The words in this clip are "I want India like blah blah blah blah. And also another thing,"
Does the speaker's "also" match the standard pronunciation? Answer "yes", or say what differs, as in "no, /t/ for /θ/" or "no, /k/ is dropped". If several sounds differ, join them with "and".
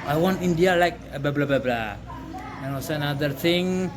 no, /l/ is dropped